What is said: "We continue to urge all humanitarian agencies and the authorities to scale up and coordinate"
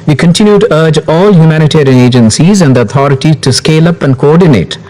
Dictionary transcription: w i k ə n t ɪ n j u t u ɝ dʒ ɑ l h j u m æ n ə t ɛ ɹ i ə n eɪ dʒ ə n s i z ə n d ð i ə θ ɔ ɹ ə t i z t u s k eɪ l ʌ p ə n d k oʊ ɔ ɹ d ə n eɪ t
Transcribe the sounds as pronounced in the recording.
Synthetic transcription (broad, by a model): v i k ə n t ɪ n j u t u ɝ dʒ ɑ l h j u m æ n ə t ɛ ɹ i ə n eɪ dʒ ə n s i z ə n d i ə t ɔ ɹ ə t i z t u s k eɪ l ʌ p ə n d k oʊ ɔ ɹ d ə n eɪ t